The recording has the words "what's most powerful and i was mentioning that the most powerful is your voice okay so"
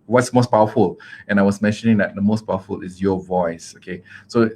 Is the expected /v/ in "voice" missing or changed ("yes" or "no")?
no